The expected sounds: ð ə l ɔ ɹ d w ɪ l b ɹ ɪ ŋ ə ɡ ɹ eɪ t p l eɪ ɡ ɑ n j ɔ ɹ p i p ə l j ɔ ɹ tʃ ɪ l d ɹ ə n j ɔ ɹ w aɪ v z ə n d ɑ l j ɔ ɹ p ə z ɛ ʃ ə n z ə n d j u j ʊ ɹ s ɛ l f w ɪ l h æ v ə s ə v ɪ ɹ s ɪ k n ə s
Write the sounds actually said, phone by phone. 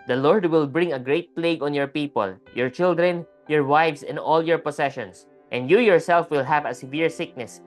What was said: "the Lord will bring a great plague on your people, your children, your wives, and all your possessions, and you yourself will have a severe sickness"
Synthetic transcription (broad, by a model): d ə l ɔ ɹ d w ɪ l b ɹ ɪ ŋ ə ɡ ɹ eɪ t p l eɪ ɡ ɑ n j ɔ ɹ p i p ə l j ɔ ɹ tʃ ɪ l d ɹ ə n j ɔ ɹ w aɪ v s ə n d ɑ l j ɔ ɹ p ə s ɛ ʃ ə n s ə n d j u j ʊ ɹ s ɛ l f w ɪ l h æ v ə s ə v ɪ ɹ s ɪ k n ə s